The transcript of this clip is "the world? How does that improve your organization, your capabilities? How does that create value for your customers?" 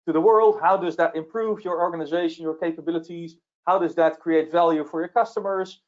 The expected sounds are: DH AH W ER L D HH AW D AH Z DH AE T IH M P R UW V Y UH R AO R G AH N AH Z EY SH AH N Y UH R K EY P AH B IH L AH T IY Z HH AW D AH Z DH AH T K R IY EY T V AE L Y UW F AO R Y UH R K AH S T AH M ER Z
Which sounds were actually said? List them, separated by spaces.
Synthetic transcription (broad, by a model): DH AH W ER L D HH AW D AH Z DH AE T IH M P R UW V Y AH R AO R G AH N AH Z EY SH AH N Y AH R K EY P AH B IH L AH T IY Z HH AW D AH Z DH AH T K R IY EY T V AE L Y UW F AO R Y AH R K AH S T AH M ER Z